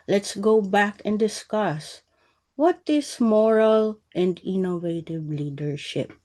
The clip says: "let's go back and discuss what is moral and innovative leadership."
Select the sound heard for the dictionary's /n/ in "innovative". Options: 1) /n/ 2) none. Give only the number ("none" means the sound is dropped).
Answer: 1